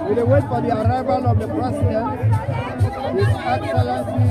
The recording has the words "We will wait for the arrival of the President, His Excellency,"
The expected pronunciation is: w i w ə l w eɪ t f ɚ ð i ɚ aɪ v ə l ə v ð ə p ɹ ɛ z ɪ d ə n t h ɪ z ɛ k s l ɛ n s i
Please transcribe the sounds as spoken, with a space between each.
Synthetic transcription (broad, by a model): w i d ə w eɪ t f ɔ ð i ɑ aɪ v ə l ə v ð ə p ɹ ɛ s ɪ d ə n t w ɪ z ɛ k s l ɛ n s